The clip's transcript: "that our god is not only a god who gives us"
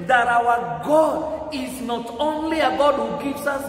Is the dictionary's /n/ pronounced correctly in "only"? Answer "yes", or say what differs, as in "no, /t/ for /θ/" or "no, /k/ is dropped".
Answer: yes